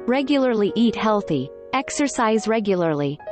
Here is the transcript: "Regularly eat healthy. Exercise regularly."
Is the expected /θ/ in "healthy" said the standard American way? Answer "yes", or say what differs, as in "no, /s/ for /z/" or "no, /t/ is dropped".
yes